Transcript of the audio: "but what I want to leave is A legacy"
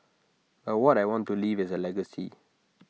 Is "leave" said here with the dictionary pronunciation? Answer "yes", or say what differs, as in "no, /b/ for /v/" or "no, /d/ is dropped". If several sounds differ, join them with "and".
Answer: yes